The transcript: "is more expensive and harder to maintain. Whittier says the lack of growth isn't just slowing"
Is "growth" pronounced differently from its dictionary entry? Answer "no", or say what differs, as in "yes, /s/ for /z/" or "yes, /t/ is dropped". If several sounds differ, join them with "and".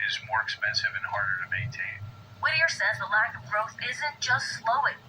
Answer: no